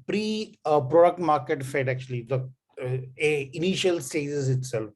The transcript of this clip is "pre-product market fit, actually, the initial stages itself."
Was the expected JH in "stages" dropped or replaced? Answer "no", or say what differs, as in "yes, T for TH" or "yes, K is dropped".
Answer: yes, Z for JH